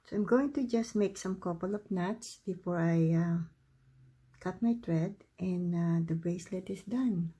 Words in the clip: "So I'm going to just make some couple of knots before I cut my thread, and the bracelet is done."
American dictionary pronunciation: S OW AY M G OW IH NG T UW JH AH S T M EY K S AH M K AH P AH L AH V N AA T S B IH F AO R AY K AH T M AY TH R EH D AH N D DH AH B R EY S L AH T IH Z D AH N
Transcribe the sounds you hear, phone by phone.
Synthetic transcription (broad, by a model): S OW AY M G OW IH NG T UW JH AH S T M EY K S AH M K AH P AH L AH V N AA T S B IH F AO R AY K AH T M AY T R EH D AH N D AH B R EY S L AH T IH S D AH N